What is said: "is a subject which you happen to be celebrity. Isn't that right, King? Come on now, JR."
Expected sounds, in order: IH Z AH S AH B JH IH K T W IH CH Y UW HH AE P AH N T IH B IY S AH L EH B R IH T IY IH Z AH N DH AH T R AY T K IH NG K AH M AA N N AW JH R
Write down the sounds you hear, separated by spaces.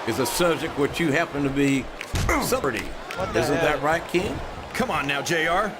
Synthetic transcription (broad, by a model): IH Z AH S AH B JH IH K T W IH CH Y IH HH AE P AH N T IH B IY S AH AH R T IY IH Z AH N DH AH T R AY T K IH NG K AH M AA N N AW JH R